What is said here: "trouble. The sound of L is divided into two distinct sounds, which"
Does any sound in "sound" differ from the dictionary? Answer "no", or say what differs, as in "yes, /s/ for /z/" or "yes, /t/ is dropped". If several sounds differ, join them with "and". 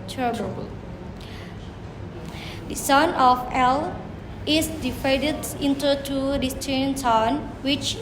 yes, /d/ is dropped